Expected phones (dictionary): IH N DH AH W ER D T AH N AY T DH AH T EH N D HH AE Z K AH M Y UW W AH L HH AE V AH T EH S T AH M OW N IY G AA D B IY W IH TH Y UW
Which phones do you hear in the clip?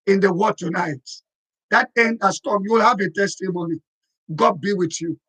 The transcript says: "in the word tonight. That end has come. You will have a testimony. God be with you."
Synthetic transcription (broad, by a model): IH N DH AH W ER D T AH N AY T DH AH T EH N D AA S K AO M Y UW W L HH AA V AH T EH S T AH M OW N IY G AA D B IY W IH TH Y UW